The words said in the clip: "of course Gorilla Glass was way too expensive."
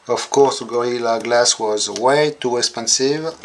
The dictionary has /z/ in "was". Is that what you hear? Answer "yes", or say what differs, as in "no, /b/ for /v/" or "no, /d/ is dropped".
yes